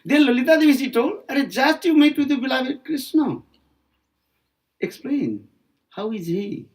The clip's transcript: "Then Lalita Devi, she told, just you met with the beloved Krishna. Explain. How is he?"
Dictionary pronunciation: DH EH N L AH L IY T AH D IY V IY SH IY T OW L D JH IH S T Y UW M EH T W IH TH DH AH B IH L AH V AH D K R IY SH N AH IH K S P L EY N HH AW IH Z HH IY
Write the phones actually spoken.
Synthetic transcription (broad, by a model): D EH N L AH L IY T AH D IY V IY S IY T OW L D JH IH S T Y UW M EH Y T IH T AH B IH L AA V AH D K R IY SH N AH IH K S P L EY N HH AW IH Z HH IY